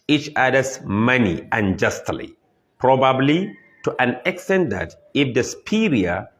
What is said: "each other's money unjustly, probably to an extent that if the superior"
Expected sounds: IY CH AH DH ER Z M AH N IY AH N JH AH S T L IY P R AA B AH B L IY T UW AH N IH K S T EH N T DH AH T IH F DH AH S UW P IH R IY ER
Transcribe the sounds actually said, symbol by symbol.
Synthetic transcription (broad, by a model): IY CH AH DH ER S M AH N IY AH N JH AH S T L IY P R AA B AH B L IY T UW AH N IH K S T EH N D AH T IH F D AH S P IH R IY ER